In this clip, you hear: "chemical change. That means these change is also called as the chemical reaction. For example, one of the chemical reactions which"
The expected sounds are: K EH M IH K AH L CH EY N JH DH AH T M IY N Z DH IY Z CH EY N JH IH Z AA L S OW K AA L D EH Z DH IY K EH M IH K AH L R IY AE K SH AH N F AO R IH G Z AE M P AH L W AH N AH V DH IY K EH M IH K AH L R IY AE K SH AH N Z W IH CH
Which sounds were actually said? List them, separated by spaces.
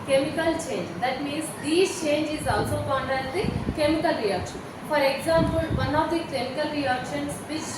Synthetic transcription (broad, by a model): K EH M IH K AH L CH EY N JH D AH T M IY N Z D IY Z CH EY N JH IH Z AA L S OW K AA N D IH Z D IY K EH M IH K AH L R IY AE K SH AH N F AO R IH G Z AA M P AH L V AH N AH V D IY K EH M IH K AH L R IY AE K SH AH N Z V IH CH